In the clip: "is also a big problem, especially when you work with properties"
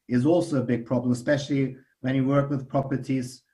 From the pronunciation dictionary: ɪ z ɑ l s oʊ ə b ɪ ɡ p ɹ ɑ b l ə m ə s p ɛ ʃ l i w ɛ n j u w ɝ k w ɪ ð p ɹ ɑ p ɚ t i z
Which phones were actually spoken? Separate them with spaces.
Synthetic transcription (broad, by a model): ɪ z ɑ l s oʊ ə b ɪ ɡ p ɹ ɑ b l ə m ə s p ɛ ʃ l i w ɛ n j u w ɝ k w ɪ ð p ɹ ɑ p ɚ t i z